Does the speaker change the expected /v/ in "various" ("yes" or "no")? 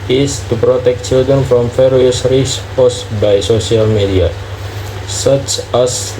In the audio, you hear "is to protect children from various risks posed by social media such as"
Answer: yes